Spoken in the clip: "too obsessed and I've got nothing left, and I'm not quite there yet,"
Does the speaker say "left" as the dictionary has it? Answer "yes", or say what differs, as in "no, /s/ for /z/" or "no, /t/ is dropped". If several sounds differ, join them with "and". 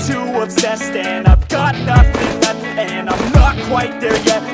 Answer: no, /f/ is dropped